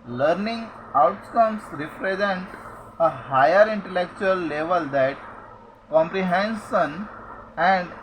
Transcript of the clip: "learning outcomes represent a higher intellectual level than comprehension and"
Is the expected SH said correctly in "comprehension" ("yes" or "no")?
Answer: no